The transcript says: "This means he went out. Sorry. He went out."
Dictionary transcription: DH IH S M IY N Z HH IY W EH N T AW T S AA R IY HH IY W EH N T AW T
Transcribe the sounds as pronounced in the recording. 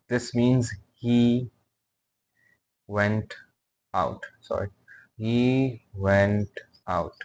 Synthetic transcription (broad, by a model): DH IH S M IY N Z HH IY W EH N T AW T S AA R IY HH IY W EH N T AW T